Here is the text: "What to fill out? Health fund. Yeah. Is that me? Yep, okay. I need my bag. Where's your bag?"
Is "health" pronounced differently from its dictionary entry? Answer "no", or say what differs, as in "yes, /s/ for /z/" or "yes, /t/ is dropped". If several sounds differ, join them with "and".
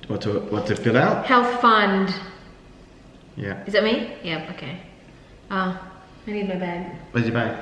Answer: no